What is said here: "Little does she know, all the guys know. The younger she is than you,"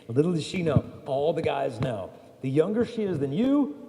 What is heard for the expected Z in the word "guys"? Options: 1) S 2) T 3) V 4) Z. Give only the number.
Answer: 4